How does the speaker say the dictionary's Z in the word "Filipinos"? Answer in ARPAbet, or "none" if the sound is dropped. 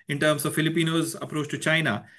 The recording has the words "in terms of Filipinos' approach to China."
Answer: Z